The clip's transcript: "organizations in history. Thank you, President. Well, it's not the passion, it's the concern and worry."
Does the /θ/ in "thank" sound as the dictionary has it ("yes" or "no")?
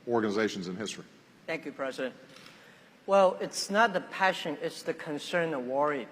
yes